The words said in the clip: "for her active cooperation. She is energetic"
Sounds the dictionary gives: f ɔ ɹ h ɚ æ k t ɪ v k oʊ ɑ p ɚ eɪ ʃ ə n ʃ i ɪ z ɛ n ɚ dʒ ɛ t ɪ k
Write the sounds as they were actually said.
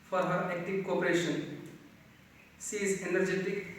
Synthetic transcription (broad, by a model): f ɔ ɹ h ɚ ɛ k t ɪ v k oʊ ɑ p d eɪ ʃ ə n s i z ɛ n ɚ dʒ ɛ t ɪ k